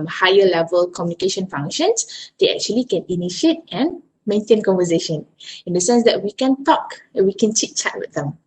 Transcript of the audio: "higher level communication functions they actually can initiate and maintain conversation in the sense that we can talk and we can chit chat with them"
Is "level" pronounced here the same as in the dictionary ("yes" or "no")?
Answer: yes